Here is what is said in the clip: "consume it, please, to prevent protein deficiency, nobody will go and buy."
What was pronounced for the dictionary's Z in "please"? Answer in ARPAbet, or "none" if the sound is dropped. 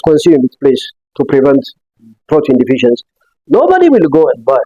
S